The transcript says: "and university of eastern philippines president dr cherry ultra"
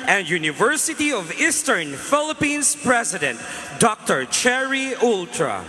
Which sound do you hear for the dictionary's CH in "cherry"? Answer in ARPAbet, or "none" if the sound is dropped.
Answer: CH